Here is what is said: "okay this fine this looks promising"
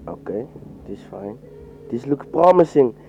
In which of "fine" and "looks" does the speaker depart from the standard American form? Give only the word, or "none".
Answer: looks